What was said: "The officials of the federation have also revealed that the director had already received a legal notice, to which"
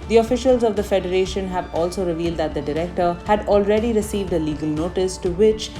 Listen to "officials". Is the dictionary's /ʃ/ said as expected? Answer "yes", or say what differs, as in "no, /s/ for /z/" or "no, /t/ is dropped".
yes